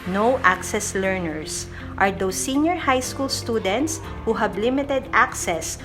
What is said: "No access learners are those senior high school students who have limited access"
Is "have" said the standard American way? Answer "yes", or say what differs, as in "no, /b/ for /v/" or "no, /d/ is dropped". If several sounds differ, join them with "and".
no, /b/ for /v/